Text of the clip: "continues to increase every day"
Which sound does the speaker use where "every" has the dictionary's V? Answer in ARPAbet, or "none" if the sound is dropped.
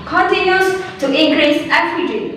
none